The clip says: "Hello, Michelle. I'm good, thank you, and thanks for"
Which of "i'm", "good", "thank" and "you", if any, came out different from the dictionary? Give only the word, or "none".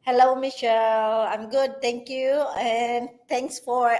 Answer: thank